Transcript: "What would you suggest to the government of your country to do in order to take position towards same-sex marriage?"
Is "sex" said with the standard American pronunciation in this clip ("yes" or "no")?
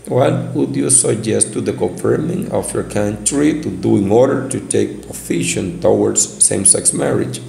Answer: yes